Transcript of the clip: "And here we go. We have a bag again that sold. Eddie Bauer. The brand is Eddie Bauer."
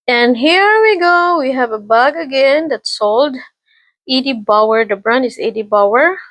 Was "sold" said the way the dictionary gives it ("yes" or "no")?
yes